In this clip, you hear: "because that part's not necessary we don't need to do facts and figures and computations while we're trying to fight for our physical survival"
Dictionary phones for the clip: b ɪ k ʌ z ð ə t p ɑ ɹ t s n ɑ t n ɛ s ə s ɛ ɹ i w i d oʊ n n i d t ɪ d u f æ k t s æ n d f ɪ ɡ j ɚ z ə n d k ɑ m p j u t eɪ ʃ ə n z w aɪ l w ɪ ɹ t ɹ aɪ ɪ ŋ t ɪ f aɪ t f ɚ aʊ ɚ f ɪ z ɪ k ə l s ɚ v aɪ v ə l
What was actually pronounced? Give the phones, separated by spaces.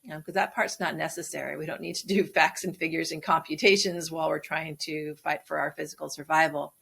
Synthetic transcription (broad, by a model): k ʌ z ð ə t p ɑ ɹ t s n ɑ t n ɛ s ə s ɛ ɹ i w i d oʊ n n i d t ɪ d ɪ f æ k t s n f ɪ ɡ j ɚ z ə n k ɑ m p j u t eɪ ʃ ə n z w aɪ l w ɪ ɹ t ɹ aɪ ɪ ŋ t ɪ f aɪ t f ɚ aʊ ɚ f ɪ z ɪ k l s ɚ v aɪ v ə l